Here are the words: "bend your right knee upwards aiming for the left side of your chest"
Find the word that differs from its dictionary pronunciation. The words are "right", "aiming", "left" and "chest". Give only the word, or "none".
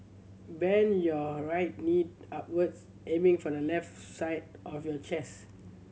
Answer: chest